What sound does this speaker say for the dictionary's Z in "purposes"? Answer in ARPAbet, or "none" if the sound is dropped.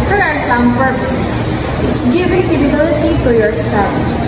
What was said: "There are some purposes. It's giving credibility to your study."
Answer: S